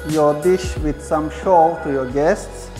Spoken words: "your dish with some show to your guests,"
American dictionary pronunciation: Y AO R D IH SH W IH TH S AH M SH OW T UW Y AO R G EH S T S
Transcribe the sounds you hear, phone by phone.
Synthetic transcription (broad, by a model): Y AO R D IH SH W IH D S AH M SH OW T UW Y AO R G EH S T S